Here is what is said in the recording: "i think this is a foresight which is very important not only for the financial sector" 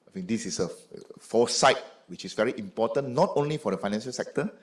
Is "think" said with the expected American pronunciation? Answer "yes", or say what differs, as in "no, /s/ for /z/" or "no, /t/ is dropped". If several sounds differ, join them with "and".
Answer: no, /f/ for /θ/